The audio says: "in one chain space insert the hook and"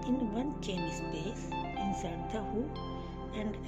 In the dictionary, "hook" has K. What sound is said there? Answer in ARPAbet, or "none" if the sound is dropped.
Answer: none